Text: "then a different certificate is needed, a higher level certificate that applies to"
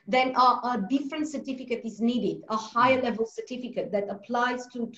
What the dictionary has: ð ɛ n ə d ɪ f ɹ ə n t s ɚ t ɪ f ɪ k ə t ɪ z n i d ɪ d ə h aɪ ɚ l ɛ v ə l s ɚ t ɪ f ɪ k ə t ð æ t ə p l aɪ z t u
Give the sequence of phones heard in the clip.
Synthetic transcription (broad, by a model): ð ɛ n ə d ɪ f ɹ ə n t s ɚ t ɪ f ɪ k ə t ɪ z n i d ɪ d ə h aɪ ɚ l ɛ v ə l s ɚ t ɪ f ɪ k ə t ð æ t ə p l aɪ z t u